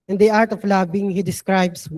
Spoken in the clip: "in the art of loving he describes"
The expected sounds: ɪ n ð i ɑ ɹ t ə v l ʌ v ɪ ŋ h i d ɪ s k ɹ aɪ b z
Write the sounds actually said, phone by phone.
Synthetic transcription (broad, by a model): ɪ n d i ɑ ɹ t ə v l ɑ b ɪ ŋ h i d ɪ s k ɹ aɪ b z